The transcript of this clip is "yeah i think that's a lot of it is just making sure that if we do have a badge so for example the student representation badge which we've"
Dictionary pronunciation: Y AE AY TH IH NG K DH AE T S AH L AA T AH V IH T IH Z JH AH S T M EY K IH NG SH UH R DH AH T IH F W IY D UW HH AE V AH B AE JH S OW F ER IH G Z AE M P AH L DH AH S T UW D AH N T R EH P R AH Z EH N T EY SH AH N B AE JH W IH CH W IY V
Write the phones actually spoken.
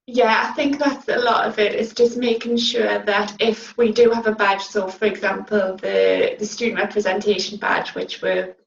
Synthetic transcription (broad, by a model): Y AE AY TH IH NG K DH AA T S AH L AA T AH V IH T IH S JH AH S M EY K IH NG SH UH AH DH AH T IH F W IY D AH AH V AH B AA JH S OW F ER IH G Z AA M P AH L DH AH S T UW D N T R EH P R AH Z EH N T EY SH AH N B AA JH W IH CH W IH